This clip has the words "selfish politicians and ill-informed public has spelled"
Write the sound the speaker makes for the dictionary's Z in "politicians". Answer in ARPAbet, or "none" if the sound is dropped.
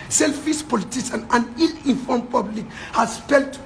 none